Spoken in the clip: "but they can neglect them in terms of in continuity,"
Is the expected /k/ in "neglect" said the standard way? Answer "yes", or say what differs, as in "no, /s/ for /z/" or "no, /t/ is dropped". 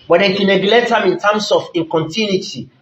no, /k/ is dropped